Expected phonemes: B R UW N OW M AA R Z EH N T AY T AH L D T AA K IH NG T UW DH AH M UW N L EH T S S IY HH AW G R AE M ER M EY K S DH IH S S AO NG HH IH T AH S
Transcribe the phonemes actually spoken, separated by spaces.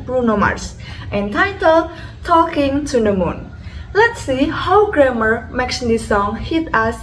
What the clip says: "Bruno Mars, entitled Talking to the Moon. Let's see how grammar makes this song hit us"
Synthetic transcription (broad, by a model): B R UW N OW M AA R S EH N T AY T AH L T AA K IH NG T UW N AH M UW N L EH T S S IY HH AW G R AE M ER M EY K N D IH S S AO NG HH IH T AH S